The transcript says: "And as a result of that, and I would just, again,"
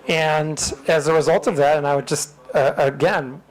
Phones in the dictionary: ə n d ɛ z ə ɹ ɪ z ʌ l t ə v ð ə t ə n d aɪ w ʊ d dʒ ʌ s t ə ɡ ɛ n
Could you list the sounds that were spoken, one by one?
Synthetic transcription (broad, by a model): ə n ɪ z ə ɹ ɪ z ʌ l t ə v ð ə t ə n aɪ w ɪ d dʒ ʌ s t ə ɡ ɛ n